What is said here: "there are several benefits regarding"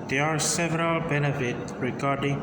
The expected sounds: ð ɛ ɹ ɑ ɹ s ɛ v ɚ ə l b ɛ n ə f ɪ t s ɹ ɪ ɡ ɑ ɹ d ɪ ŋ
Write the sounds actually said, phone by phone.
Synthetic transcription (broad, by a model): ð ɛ ɑ ɹ s ɛ v ɚ ə l b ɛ n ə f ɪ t ɹ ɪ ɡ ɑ ɹ d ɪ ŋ